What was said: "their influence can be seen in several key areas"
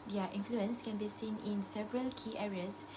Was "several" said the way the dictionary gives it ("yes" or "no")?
yes